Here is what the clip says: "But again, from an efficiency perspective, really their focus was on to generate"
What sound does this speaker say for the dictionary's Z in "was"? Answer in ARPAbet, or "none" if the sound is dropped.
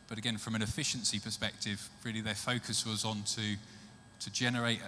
Z